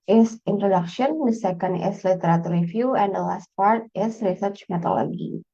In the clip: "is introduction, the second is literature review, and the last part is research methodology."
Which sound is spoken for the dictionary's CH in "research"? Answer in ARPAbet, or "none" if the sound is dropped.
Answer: CH